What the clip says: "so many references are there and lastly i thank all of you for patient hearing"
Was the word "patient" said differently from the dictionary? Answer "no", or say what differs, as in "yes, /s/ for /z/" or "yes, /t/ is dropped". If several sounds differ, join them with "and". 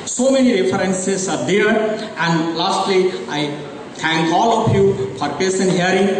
yes, /s/ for /ʃ/